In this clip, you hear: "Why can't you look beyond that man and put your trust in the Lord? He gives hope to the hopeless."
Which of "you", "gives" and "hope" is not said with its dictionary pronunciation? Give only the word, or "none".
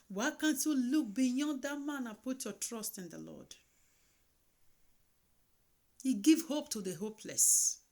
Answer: gives